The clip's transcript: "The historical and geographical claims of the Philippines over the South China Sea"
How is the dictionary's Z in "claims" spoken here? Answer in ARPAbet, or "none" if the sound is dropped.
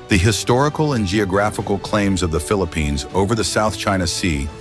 Z